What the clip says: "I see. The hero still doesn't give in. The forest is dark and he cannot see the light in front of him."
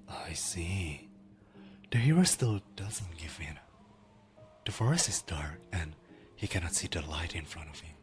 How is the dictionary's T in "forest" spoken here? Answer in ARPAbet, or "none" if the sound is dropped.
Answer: none